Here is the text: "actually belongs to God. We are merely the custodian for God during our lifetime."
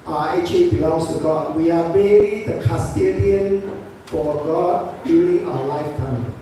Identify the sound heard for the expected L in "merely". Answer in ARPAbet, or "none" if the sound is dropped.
none